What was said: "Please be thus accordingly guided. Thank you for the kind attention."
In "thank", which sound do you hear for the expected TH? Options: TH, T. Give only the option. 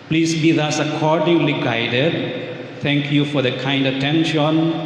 T